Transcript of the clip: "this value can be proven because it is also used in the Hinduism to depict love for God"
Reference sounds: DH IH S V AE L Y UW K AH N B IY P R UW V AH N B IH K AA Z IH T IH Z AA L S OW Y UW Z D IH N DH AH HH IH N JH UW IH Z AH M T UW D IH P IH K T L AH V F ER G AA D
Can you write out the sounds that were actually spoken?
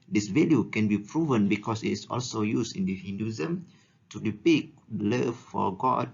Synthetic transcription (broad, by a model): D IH S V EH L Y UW K AH N B IY P R UW V AH N B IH K AA S IH T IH S AA L S OW Y UW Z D IH N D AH HH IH N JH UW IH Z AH M T UW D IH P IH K L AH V F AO G AA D